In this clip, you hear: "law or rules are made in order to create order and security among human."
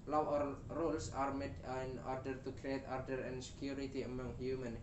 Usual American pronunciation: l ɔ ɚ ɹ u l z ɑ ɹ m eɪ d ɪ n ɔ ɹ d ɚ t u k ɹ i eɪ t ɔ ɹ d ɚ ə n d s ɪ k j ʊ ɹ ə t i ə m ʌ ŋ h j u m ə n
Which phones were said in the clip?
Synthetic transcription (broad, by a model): l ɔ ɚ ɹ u l s ɑ ɹ m eɪ d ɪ n ɔ ɹ d ɚ t u k ɹ i eɪ t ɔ ɹ d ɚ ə n s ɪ k j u ɹ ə t i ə m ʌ ŋ h j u m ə n